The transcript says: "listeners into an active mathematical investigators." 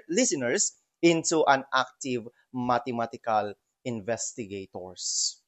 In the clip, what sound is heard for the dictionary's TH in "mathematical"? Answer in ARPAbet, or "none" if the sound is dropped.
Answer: T